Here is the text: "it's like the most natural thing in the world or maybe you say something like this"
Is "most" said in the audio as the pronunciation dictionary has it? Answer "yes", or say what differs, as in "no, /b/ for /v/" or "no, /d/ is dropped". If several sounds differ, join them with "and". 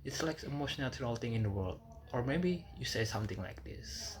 no, /ʃ/ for /s/